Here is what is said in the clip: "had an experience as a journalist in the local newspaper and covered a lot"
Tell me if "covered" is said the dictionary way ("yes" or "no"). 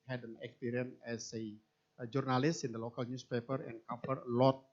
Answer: no